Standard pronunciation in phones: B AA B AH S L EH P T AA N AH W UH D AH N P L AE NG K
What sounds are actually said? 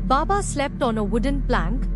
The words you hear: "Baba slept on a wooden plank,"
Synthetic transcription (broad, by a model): B AA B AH S L EH P T AA N AH W UH D AH N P L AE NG K